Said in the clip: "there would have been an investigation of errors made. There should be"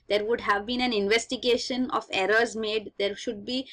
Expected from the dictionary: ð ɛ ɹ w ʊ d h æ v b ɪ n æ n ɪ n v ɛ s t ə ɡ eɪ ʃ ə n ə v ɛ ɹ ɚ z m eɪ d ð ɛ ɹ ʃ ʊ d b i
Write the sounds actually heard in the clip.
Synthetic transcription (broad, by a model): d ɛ ɹ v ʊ d h æ v b ɪ n æ n ɪ n v ɛ s t ə ɡ eɪ ʃ ə n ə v ɛ ɹ ɚ z m eɪ d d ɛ ɹ ʃ ʊ d b i